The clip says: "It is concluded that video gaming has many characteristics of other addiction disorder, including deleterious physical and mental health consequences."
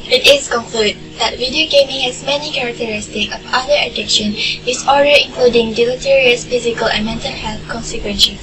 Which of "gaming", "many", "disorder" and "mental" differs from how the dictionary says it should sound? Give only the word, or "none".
disorder